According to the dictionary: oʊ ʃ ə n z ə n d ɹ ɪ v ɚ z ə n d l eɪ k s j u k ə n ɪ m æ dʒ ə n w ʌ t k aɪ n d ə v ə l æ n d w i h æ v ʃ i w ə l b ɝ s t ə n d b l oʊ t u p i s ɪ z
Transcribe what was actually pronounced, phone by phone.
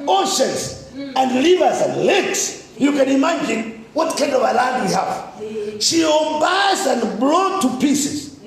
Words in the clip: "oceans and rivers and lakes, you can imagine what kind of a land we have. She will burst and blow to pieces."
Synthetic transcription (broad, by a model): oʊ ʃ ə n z ə n d l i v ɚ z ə n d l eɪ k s j u k ə n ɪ m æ dʒ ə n w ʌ t k aɪ n d ə v ə l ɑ d w i h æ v ʃ i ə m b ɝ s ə n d b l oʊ t u p i s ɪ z